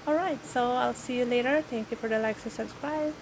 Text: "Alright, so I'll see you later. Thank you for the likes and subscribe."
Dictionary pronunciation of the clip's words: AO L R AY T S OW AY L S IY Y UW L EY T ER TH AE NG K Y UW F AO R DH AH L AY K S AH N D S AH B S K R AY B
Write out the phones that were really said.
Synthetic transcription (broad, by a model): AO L R AY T S OW AY L S IY Y UW L EY T ER T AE NG K Y UW F AO R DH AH L AY K S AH S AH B S K R AY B